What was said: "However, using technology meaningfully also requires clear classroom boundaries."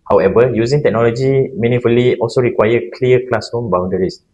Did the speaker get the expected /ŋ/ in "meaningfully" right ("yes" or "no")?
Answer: no